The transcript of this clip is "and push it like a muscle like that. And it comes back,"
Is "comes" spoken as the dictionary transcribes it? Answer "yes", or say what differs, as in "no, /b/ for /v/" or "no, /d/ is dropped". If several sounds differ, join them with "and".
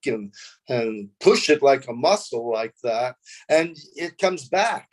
yes